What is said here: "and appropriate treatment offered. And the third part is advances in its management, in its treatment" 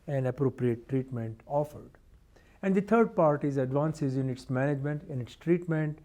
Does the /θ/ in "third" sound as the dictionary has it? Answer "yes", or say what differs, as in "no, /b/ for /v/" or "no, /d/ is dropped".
no, /t/ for /θ/